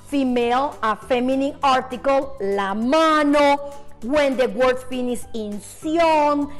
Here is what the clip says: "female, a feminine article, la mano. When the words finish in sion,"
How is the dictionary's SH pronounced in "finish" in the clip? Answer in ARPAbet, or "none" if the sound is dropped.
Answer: S